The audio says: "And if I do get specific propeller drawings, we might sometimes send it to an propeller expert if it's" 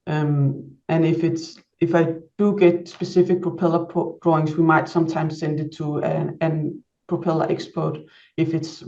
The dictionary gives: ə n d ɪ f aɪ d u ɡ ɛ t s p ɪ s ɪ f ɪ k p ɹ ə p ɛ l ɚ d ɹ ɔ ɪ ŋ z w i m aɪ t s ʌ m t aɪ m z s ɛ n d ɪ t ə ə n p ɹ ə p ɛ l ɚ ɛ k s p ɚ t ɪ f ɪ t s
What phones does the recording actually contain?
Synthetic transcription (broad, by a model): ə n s ɪ f aɪ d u ɡ ɛ t s p ɪ s ɪ f ɪ k p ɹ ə p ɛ l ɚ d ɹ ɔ ɪ ŋ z w i m aɪ t s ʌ m t aɪ m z s ɛ n d ɪ t ə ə n p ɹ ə p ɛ l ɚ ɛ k s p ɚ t ɪ f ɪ t s